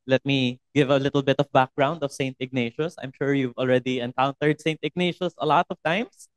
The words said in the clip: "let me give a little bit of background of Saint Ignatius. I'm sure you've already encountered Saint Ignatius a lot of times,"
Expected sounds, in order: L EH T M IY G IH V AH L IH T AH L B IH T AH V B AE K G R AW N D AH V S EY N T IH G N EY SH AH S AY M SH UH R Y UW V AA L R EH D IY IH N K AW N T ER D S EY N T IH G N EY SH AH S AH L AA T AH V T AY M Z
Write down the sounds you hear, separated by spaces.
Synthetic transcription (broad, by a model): L EH T M IY G IH V AH L IH T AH L B IH T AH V B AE K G R AW N D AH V S EY N T IH G N EY SH AH S AY M SH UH R Y UW V AA L R EH D IY IH N K AW N T ER D S EY N T IH G N EY SH AH S AH L AA T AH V T AY M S